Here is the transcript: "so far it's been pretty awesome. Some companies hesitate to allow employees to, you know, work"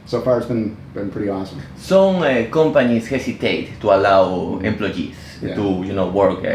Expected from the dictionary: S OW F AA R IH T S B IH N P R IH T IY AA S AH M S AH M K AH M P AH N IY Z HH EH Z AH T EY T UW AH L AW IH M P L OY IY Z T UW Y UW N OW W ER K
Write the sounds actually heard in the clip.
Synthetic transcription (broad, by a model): S OW F AA R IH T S B IH N P R IH T IY AA S AH M S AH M K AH M P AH N IY S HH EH S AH T EY T UW AH L AW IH M P L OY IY S T UW Y UW N OW W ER K